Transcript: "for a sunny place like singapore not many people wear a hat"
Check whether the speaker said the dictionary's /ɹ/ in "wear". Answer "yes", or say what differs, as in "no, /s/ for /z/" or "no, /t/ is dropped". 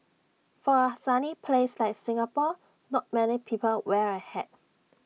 yes